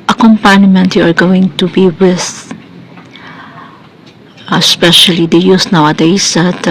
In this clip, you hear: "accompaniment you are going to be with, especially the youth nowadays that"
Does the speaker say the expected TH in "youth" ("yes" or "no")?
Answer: no